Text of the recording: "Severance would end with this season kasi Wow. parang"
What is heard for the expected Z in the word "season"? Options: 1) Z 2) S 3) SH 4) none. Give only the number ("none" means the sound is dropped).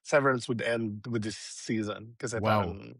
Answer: 1